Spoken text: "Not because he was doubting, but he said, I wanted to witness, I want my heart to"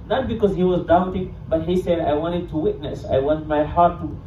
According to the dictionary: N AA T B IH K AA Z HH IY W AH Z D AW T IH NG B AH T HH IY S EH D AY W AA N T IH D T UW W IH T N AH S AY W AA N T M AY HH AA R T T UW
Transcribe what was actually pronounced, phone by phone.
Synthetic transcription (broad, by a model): N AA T B IH K AA Z HH IY W AH Z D AW T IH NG B AH T HH IY S EH D AY W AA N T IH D T UW W IH T N AH S AY W AA N T M AY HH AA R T T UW